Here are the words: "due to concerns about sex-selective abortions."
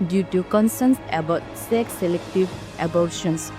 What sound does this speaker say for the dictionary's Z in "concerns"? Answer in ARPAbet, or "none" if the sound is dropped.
S